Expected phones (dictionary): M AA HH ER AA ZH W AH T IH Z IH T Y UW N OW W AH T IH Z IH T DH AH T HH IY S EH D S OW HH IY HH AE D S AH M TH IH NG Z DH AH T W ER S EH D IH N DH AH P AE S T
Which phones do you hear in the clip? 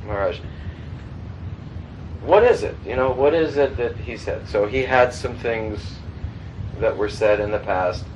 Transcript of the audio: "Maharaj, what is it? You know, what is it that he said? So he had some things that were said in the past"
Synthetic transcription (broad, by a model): M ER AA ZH W AH T IH Z IH T Y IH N OW W AH T IH Z IH T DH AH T HH IY S EH D S OW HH IY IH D S AH M TH IH NG Z DH AH T W ER S EH D IH N DH AH P AE S T